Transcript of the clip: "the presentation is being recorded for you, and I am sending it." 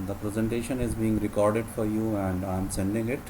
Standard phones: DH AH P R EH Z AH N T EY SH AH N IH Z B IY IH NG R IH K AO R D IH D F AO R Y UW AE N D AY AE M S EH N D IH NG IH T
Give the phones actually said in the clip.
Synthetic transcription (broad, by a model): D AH P R EH Z AH N T EY SH AH N IH Z B IY IH NG R IH K AO R D IH D F AO R Y UW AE N D AY M S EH N D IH NG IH T